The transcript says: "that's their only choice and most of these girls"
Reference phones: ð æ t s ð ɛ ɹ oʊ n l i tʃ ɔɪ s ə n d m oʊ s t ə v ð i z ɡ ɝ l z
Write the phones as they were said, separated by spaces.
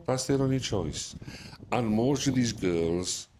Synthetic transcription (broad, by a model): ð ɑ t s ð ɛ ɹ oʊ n i tʃ ɔɪ s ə n m oʊ s t ə v ð i z ɡ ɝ l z